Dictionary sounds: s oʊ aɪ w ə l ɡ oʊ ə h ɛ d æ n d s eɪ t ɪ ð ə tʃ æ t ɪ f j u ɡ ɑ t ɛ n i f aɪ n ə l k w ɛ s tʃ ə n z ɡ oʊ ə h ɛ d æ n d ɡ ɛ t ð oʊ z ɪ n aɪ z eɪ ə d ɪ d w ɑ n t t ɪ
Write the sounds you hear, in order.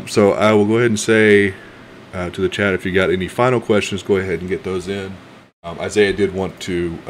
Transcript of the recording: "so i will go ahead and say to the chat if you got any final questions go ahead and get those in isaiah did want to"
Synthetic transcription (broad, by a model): s oʊ aɪ w ə l ɡ oʊ ə h ɛ d n s eɪ t ɪ ð ə tʃ æ t ɪ f j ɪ ɡ ɑ t ɛ n i f aɪ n l k w ɛ s tʃ ə n z ɡ oʊ ə h ɛ d n ɡ ɛ t ð oʊ z ɪ n aɪ z eɪ ə d ɪ d w ɑ n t t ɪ